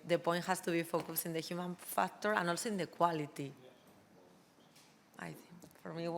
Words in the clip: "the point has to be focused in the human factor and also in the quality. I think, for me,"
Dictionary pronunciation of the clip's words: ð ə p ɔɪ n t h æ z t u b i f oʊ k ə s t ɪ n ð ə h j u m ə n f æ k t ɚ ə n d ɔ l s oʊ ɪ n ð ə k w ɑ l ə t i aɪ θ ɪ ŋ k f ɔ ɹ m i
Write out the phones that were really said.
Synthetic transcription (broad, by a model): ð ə p ɔɪ n t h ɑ s t u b i f oʊ k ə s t ɪ n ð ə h j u m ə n f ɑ k t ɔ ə n ɔ l s oʊ ɪ n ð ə k w ɑ l ə t i aɪ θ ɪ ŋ k f ɔ ɹ m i